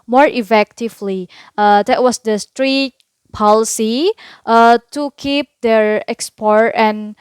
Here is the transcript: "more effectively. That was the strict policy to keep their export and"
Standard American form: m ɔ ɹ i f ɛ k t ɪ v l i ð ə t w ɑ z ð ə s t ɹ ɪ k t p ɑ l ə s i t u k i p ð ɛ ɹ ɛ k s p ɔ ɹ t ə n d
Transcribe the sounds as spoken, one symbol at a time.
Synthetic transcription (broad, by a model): m ɔ ɹ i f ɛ k t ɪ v l i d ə t w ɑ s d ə s t ɹ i t p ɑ l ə s i t u k i p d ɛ ɹ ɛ k s p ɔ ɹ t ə n